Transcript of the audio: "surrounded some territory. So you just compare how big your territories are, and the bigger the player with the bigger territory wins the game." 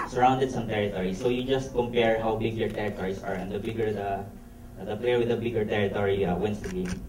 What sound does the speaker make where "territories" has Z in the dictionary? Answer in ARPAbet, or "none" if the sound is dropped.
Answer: S